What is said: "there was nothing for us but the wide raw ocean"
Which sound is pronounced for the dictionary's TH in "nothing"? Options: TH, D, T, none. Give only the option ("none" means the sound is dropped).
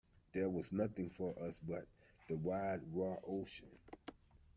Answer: TH